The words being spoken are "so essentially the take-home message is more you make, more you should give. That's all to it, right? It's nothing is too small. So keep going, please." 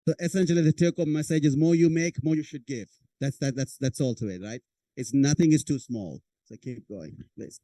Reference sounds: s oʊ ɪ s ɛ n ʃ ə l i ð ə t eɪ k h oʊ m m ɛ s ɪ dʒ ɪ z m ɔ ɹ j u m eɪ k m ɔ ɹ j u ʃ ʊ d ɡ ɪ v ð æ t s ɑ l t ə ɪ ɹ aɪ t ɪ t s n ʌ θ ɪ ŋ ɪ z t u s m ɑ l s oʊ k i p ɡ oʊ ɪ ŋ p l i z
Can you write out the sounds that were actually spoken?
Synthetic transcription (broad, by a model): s oʊ ɪ s ɛ n ʃ ə l i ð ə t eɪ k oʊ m m ɛ s ɪ dʒ ɪ z m ɔ ɹ j u m eɪ k m ɔ ɹ j u ʃ ʊ d ɡ ɪ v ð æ t s ɑ l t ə ɪ ɹ aɪ t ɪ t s n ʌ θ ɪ ŋ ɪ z t u s m ɑ l s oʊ k i p ɡ oʊ ɪ ŋ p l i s